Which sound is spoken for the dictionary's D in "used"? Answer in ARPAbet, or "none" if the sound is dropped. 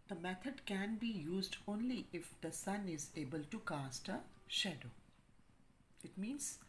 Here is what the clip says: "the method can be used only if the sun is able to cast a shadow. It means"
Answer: D